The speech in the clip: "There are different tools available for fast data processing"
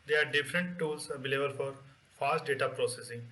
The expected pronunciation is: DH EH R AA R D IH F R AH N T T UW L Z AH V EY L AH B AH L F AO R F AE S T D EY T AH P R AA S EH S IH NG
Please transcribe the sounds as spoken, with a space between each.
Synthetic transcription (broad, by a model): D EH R AA R D IH F R AH N T T UW L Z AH B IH L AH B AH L F AO R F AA S T D EY T AH P R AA S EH S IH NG